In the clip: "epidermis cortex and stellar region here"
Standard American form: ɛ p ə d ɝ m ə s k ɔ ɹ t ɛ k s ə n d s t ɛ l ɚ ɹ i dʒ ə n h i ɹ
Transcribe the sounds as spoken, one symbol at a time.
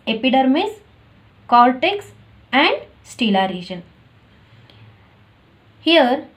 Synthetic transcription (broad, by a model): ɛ p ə d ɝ m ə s k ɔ l t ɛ k s ə n d s t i l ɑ ɹ i dʒ ə n h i ɹ